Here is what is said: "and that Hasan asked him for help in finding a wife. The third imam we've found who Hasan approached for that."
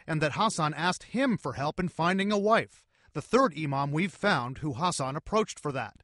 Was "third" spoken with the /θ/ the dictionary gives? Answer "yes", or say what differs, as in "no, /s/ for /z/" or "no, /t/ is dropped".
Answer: yes